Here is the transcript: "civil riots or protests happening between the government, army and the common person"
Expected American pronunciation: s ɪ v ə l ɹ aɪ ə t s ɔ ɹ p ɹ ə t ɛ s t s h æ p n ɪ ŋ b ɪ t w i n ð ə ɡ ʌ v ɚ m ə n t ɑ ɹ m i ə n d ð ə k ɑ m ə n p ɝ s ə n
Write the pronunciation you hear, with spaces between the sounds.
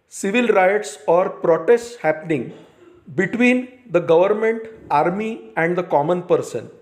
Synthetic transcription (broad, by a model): s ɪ v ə l ɹ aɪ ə t s ɔ ɹ p ɹ ə t ɛ s t s h æ p n ɪ ŋ b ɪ t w i n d ə ɡ ʌ v ɚ m ə n t ɑ ɹ m i ə n d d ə k ɑ m ə n p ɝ s ə n